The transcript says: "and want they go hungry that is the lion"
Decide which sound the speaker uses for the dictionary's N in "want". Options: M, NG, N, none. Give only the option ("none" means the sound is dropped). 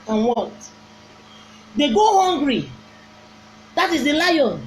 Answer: none